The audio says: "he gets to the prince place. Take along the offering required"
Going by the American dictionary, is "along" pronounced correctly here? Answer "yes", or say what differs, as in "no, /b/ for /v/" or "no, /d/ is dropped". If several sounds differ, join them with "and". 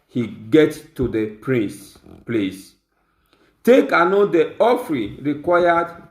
no, /n/ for /l/